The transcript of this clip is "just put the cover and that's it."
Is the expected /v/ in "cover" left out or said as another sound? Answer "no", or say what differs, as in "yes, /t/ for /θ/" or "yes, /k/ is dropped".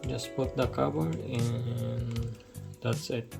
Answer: yes, /b/ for /v/